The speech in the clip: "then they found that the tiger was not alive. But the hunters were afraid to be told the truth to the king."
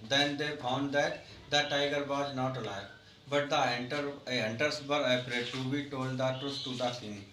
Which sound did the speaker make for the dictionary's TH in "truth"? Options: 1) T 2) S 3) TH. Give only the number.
2